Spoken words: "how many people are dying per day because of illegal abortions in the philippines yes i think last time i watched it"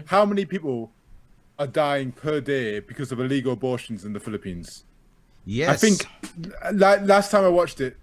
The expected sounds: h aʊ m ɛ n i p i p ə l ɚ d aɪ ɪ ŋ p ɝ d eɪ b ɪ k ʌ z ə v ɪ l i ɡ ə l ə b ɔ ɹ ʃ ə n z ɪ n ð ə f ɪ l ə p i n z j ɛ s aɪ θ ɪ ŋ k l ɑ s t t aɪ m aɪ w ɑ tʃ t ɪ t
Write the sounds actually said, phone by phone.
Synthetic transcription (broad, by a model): h aʊ m ɛ n i p i p ə l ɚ d aɪ ɪ ŋ p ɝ d eɪ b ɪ k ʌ z ə v ɪ l i ɡ ə l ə b ɔ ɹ ʃ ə n z ɪ n ð ə f ɪ l ə p i n z j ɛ aɪ θ ɪ ŋ k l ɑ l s t aɪ m aɪ w ɑ tʃ t ɪ t